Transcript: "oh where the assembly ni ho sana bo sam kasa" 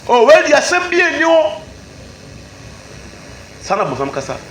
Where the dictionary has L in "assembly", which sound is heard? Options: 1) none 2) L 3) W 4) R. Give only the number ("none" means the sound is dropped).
1